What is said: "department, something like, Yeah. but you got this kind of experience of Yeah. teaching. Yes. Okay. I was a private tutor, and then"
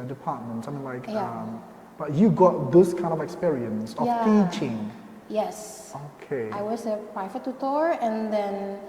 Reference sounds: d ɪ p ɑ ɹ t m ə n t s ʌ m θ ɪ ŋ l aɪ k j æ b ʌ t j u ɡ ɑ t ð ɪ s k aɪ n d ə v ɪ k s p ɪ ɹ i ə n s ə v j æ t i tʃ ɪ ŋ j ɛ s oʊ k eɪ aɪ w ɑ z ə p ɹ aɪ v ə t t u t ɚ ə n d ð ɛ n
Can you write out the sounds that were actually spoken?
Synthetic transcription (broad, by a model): d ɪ p ɑ t m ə n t s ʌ m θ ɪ ŋ l aɪ k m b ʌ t j u ɡ ɑ t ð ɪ s k aɪ n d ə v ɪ k s p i ɹ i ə n s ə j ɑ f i tʃ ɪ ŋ j ɛ s oʊ k eɪ aɪ w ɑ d ə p ɹ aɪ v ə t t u t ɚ ə n d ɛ n